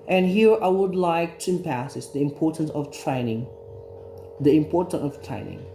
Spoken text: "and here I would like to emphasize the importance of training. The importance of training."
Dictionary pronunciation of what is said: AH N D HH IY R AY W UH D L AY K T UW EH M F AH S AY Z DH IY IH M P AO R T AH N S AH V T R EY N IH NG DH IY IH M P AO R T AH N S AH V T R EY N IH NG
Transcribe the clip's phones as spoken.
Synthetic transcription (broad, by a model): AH N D HH IY R AY W UH D L AY K T UW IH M P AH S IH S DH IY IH M P AO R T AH N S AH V T R EY N IH NG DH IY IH M P AO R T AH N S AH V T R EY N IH NG